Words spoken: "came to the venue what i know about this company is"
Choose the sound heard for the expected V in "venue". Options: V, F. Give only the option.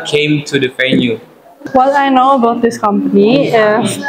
F